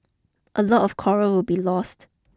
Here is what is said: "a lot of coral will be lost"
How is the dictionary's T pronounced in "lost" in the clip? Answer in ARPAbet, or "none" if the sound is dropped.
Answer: T